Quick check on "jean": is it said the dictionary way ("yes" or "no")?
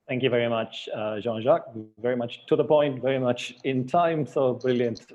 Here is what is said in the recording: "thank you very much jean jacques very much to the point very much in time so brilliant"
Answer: no